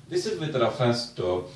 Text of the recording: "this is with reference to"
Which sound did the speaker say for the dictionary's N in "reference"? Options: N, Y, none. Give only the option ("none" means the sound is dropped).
none